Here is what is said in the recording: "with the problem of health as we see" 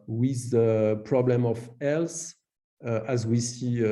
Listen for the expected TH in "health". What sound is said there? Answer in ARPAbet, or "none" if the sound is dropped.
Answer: S